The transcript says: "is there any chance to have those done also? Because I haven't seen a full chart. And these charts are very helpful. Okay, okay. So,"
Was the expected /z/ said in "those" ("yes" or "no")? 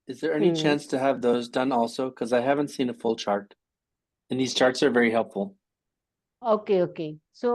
yes